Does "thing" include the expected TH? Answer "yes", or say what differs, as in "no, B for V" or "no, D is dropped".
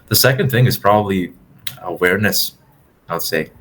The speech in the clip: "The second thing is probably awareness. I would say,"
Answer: yes